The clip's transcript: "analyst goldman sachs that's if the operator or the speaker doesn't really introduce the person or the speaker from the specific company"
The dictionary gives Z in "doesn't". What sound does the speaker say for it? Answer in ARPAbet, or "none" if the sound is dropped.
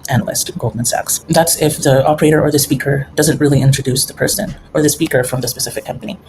Z